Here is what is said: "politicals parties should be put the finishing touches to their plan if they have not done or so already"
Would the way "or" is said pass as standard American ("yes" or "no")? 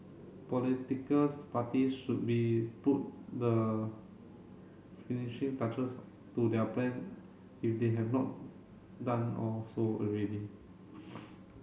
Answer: no